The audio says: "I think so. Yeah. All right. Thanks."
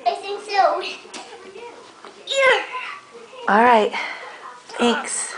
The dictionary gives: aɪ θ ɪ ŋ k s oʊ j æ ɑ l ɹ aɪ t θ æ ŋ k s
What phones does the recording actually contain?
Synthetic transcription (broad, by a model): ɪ s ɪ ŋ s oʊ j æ ɑ l ɹ aɪ t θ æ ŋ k s